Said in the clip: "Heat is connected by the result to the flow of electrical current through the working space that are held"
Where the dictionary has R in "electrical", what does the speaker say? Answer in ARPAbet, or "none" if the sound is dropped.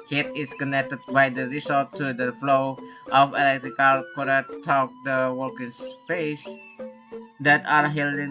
R